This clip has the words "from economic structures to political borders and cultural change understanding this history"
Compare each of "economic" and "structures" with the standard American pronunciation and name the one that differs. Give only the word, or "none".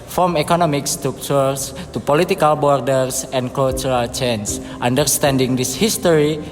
structures